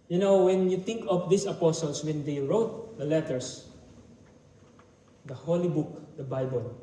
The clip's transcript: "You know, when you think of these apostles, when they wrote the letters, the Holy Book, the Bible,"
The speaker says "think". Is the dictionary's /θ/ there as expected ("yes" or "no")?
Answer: no